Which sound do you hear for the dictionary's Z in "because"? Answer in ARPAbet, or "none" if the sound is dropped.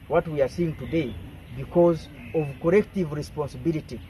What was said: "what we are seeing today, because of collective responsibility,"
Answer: Z